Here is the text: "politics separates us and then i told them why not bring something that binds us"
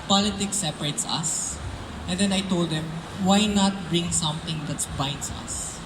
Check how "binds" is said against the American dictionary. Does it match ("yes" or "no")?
no